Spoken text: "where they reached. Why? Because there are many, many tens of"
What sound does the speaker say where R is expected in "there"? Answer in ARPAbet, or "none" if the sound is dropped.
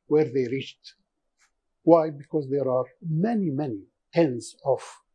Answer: R